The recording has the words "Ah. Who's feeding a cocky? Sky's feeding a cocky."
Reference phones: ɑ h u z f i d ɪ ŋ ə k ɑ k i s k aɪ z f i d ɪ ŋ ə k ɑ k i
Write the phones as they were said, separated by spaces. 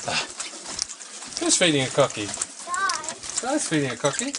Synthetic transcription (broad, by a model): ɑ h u s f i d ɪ ŋ ə k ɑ k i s aɪ s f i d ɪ ŋ ə k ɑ k i